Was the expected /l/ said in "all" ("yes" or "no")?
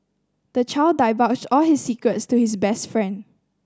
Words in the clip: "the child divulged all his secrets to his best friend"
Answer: yes